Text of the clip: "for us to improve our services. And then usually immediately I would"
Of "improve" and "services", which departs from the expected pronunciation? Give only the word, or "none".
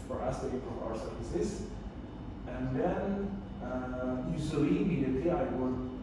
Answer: improve